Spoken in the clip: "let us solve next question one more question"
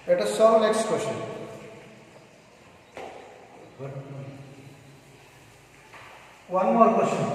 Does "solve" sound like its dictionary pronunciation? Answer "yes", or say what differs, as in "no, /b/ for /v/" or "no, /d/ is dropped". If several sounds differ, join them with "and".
no, /l/ is dropped